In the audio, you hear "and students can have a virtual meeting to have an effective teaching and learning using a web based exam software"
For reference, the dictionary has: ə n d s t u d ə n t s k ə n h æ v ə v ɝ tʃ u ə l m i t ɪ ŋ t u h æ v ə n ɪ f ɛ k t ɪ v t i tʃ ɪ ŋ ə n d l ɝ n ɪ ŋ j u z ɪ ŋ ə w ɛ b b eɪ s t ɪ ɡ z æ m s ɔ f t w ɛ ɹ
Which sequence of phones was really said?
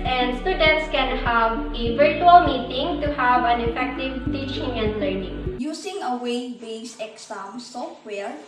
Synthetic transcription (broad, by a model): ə n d s t u d ə n t s k ə n h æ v ə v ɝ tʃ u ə l m i t ɪ ŋ t u h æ v ə n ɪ f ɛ k t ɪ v t i tʃ ɪ ŋ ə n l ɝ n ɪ ŋ j u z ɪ ŋ ə w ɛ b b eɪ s ɪ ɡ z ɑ m s ɔ f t w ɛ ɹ